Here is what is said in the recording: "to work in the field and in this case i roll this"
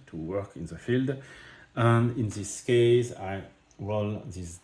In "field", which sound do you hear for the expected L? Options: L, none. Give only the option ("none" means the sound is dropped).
L